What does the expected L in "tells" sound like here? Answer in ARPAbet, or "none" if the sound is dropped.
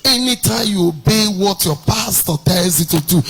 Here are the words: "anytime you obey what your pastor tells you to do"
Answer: none